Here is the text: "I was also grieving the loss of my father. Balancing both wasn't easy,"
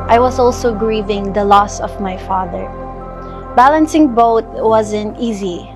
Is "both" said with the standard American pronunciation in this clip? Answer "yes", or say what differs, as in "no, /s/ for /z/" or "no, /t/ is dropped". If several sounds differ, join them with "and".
no, /t/ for /θ/